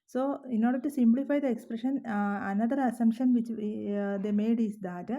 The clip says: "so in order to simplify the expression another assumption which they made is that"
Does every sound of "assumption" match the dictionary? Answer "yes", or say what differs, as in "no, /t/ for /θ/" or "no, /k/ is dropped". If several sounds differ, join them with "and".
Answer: no, /p/ is dropped